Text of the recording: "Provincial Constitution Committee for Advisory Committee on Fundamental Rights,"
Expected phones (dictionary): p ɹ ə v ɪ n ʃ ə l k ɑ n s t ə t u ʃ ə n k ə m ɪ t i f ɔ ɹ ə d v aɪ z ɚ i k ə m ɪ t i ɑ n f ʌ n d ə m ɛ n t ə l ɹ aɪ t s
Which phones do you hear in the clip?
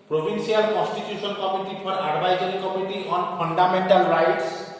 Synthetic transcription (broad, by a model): p ɹ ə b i n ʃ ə l k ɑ n s t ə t u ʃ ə n k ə m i t i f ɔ ɹ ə d b aɪ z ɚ i k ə m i t i ɑ n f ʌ n d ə m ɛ n t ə l ɹ aɪ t s